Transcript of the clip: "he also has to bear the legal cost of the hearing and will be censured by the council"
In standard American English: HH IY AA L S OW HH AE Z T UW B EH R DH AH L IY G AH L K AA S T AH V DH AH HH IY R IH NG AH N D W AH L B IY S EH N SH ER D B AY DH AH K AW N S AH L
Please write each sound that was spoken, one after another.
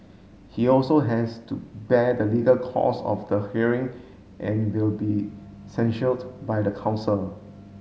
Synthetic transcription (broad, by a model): HH IY AA L S OW HH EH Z T UW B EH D AH L IY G AH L K AA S AH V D AH HH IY R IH NG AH N W AH L B IY S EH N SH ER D B AY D AH K AW N S AH L